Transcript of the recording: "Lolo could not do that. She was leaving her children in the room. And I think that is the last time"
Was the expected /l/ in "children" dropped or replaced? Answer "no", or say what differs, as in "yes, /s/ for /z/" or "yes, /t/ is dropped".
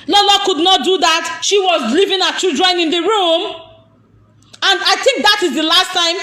yes, /l/ is dropped